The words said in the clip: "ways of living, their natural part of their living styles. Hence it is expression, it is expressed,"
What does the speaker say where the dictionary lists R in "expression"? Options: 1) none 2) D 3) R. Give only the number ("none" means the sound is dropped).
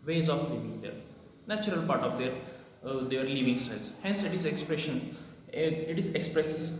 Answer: 3